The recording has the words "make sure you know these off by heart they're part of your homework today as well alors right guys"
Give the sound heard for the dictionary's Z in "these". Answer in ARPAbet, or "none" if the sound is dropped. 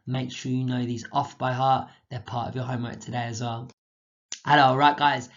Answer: Z